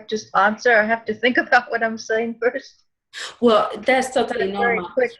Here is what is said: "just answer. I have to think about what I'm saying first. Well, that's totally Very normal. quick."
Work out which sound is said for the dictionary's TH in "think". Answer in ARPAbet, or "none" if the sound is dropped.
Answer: TH